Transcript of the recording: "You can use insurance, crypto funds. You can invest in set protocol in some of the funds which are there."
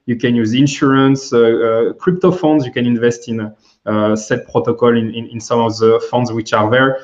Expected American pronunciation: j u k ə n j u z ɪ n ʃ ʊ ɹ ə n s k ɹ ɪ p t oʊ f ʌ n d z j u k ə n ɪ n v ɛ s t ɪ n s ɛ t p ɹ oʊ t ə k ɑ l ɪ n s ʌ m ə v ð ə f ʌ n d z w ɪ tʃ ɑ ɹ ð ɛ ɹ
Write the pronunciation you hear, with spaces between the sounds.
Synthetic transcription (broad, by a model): j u k ə n j u z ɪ n ʃ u ɹ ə n s k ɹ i p t oʊ f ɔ n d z j u k ə n ɪ n v ɛ s t ɪ n s ɛ t p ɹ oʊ t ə k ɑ l ɪ n s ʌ m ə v ð ə f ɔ n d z w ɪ tʃ ɑ ɹ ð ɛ ɹ